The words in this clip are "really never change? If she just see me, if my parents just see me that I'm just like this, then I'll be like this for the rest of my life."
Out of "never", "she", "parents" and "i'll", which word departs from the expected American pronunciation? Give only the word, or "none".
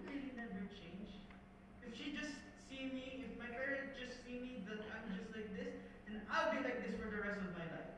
parents